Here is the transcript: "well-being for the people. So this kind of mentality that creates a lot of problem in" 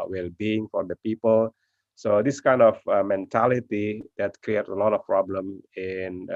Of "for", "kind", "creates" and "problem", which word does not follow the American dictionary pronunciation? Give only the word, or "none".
creates